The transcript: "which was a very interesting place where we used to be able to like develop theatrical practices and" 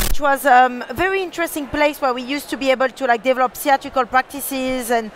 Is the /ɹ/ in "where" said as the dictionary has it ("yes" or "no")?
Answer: yes